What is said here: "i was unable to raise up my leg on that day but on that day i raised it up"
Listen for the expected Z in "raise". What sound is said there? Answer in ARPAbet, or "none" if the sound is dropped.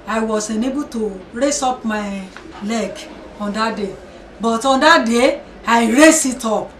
S